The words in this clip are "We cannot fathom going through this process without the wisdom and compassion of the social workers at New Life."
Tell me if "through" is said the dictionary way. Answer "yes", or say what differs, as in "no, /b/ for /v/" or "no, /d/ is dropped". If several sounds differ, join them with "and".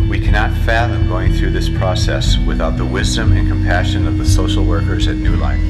yes